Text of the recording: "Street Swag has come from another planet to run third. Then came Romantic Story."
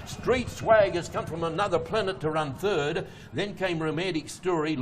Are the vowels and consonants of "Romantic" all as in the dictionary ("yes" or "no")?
no